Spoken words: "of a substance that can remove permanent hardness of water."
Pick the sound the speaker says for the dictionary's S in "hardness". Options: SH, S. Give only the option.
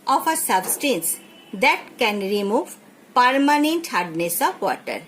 S